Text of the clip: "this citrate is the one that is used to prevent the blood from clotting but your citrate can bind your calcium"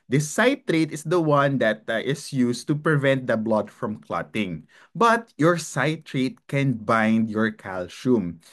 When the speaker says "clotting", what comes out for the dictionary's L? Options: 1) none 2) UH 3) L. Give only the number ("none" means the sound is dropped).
3